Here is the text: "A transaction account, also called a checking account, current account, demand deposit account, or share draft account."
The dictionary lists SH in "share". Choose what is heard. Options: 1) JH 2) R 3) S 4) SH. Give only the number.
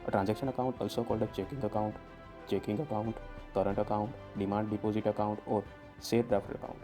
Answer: 3